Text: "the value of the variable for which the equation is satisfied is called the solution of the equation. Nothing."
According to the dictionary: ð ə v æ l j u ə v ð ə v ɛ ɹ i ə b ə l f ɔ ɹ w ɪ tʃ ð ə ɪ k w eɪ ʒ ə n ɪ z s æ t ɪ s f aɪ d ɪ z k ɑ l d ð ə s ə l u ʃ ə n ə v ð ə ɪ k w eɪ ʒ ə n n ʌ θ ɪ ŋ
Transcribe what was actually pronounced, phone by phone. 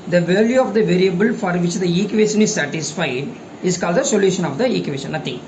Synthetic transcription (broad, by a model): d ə v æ l j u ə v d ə v ɛ ɹ i ə b ə l f ɔ ɹ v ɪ tʃ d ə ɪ k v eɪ ʃ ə n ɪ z s æ t ɪ s f aɪ d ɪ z k ɑ l d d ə s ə l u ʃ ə n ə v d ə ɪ k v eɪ ʃ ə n n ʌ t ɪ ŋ